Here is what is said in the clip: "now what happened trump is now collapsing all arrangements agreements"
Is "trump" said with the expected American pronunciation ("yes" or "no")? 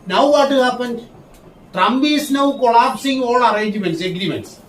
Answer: no